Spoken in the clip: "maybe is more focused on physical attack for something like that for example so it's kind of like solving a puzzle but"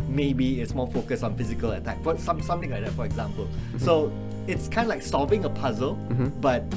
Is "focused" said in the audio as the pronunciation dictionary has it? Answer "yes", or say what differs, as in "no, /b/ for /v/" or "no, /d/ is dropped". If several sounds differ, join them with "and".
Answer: no, /t/ is dropped